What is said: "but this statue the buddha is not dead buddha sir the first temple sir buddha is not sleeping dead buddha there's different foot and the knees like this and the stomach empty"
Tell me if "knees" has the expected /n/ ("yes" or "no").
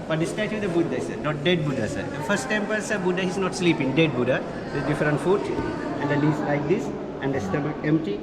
no